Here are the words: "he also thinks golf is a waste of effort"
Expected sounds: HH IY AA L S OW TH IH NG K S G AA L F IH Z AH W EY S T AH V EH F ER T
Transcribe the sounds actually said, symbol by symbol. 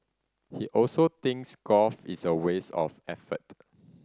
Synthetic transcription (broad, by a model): HH IY AA L S OW T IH NG K S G AA F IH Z AH W EY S AH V EH F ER T